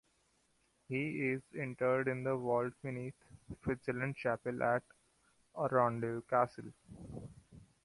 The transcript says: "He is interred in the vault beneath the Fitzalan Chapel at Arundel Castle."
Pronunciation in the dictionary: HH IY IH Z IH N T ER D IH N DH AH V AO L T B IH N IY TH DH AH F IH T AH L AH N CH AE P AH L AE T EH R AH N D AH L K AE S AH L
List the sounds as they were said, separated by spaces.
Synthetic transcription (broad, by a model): HH IY IH Z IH N T ER D IH N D AH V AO L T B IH N IY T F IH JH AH L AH N CH AE P AH L AE T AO R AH N D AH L K AE S AH L